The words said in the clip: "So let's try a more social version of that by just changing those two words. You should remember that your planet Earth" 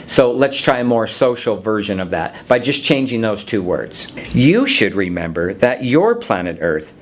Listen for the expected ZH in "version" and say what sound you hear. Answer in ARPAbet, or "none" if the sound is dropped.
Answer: ZH